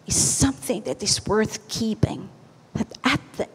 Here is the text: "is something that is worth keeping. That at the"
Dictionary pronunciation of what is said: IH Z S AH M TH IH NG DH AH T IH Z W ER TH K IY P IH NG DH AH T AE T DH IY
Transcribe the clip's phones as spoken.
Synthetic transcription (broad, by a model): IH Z S AH M TH IH NG DH AH T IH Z W ER TH K IY P IH NG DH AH T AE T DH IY